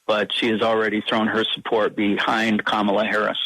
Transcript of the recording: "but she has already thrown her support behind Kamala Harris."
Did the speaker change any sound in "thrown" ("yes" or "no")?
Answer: no